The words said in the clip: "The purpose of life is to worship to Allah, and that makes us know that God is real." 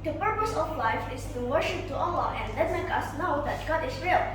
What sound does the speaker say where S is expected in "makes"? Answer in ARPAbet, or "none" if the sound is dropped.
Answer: none